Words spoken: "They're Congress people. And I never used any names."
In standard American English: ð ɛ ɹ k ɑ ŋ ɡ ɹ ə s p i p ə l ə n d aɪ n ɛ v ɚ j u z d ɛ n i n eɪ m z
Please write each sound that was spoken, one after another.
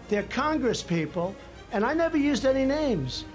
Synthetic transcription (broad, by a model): ð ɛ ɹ k ɑ ŋ ɡ ɹ ə s p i p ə l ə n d aɪ n ɛ v ɚ j u z d ɛ n i n eɪ m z